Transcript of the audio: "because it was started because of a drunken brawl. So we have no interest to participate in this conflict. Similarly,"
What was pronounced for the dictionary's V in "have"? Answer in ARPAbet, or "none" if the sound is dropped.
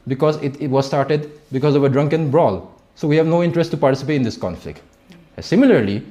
V